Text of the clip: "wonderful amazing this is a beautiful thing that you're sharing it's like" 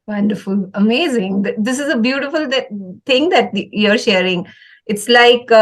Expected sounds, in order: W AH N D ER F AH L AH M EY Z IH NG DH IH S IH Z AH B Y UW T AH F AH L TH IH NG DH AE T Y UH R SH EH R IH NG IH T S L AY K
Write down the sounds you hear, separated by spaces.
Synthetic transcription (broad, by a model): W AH N D ER F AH L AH M EY Z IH NG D IH S IH Z AH B Y UW T AH F AH L T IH NG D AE T Y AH R SH EH R IH NG IH T S L AY K